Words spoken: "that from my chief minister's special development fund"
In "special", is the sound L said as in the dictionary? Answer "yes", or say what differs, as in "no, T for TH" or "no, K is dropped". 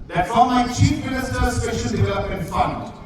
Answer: no, N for L